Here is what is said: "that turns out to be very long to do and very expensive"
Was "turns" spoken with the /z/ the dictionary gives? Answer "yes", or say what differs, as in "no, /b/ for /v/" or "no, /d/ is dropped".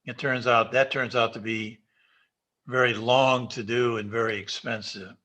yes